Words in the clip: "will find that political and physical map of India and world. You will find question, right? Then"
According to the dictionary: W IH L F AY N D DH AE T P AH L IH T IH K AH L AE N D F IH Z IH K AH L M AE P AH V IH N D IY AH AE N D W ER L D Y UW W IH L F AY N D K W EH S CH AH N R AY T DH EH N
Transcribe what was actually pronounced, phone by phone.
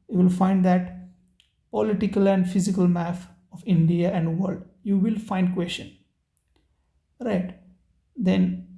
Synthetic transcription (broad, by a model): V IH L F AY N D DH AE T P AH L IH T IH K AH L AE N D F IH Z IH K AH L M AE F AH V IH N D IY AH AE N D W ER L D Y UW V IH L F AY N D K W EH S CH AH N R AY T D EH N